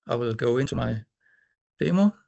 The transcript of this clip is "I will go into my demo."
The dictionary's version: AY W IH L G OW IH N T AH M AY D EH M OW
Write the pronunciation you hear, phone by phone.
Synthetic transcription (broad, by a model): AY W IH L G OW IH N S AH M AY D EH M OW